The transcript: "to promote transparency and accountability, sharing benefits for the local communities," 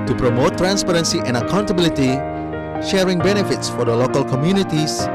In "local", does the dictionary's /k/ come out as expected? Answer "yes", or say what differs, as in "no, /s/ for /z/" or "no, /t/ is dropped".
yes